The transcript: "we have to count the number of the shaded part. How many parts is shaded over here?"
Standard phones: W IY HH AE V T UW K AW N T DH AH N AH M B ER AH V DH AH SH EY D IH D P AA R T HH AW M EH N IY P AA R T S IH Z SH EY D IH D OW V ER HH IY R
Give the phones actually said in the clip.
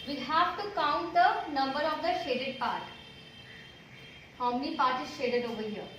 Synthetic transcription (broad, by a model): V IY HH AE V T UW K AW N T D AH N AH M B ER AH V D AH SH EY D IH D P AA R T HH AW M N IY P AA R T IH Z SH EY D IH D OW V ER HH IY